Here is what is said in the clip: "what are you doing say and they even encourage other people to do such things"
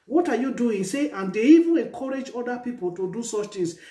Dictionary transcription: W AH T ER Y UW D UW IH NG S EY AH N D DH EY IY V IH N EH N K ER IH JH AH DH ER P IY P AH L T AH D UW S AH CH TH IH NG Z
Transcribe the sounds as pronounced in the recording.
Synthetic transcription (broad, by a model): W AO T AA Y UW D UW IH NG S EY AH N D EY IY V IH N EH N K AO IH JH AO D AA P IY P AH L T AH D UW S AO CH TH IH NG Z